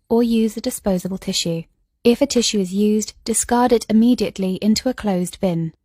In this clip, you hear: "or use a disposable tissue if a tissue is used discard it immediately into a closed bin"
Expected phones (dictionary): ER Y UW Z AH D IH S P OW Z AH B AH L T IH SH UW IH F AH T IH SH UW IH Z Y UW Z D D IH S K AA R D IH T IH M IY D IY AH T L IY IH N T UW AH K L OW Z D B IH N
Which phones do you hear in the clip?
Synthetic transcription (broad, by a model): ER Y UW Z AH D IH S P OW Z AH B AH L T IH SH UW IH F AH T IH SH UW IH Z Y UW Z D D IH S K AA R D IH T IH M IY D IY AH T L IY IH N T UW AH K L OW Z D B IH N